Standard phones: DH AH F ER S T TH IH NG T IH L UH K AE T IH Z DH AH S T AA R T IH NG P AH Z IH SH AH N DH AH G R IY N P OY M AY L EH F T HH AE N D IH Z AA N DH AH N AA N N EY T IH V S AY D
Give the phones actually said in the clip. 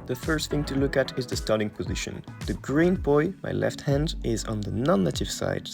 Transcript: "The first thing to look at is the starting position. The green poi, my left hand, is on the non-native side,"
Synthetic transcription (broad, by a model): DH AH F ER S T TH IH NG T IH L UH K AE T IH Z DH AH S T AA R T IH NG P AH Z IH SH AH N DH AH G R IY N B OY M AY L EH F T HH AE N D IH Z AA N DH AH N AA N N EY T IH V S AY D